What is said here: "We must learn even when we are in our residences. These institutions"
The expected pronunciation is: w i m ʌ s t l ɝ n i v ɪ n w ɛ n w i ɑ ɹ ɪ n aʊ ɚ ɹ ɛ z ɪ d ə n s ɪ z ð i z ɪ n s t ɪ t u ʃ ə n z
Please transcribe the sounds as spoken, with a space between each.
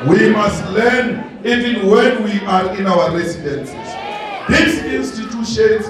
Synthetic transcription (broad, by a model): w i m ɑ s t l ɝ n i v ɪ n w ɛ n w i ɑ ɹ ɪ n aʊ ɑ ɹ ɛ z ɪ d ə n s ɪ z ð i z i n s t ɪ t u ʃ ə n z